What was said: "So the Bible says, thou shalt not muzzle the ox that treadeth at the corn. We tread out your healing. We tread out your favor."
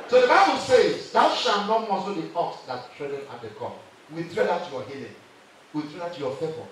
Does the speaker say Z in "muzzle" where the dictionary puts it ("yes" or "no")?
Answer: no